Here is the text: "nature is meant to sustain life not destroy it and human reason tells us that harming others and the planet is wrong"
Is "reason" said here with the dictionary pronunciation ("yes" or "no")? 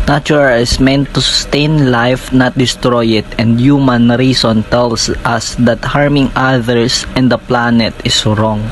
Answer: no